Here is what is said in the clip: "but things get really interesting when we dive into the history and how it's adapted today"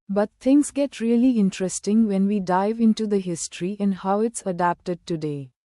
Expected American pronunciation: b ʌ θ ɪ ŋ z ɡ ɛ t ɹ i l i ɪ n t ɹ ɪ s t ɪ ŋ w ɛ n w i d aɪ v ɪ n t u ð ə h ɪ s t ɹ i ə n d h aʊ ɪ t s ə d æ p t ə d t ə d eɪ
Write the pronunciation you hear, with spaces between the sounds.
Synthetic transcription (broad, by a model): b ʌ t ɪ ŋ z ɡ ɛ t ɹ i l i ɪ n t ɹ ɪ s t ɪ ŋ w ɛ n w i d aɪ v ɪ n t u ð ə h ɪ s t ɹ i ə n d h aʊ ɪ t s ə d æ p t ə d t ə d eɪ